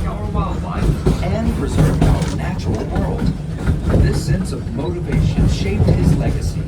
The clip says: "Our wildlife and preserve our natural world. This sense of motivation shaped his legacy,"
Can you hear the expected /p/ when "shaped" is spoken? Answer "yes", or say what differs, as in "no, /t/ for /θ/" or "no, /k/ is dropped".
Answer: yes